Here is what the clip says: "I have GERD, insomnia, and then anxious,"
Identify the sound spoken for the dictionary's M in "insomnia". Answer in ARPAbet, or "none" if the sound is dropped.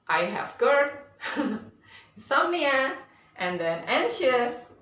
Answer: none